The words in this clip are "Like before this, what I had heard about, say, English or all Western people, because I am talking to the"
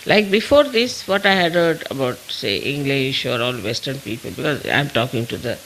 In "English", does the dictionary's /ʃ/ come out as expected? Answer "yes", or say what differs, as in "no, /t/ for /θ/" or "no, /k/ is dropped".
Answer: yes